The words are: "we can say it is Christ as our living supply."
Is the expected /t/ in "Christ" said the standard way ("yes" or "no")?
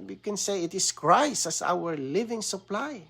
no